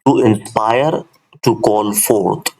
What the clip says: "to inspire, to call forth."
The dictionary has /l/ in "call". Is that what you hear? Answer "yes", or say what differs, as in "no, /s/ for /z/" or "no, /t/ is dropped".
no, /n/ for /l/